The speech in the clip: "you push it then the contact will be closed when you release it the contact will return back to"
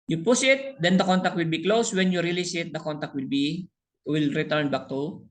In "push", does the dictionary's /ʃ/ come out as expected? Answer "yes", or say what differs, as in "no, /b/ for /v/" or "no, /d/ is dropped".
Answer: no, /s/ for /ʃ/